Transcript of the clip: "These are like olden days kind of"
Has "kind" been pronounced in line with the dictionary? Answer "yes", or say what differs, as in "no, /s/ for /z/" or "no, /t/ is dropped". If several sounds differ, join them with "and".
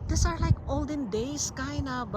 no, /d/ is dropped